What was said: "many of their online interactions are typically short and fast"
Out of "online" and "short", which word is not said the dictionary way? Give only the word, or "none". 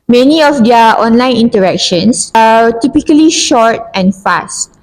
none